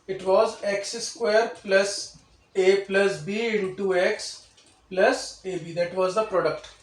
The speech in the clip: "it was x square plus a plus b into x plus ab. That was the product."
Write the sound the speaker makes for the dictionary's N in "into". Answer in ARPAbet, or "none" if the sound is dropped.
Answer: none